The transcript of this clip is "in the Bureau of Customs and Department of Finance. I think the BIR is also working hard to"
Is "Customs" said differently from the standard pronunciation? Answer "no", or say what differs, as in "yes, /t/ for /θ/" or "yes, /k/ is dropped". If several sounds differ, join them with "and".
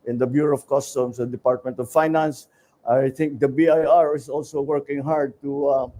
yes, /s/ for /z/